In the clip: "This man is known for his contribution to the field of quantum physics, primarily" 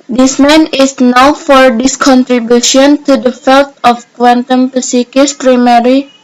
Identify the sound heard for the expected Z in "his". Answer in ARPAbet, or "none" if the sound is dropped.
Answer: S